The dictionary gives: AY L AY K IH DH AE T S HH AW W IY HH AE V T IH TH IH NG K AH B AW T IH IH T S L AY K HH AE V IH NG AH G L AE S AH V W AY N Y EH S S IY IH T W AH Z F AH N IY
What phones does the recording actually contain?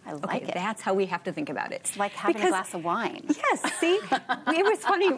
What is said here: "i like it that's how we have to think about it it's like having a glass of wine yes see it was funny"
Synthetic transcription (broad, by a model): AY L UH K IH DH AE T S HH AW W IY HH AE F T IH TH IH NG K AH B AW T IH IH T S L AY K HH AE B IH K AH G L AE S AH V W AY N Y EH S S IY IH T W AH Z F AH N IY